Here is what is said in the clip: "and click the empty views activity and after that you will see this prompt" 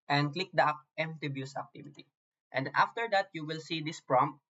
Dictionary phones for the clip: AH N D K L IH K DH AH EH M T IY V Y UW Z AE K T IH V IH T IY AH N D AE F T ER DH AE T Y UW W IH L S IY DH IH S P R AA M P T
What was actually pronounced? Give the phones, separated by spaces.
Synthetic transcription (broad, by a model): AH N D K L IH K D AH EH M T IY B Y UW S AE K T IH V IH T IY AH N D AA F T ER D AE T Y UW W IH L S IY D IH S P R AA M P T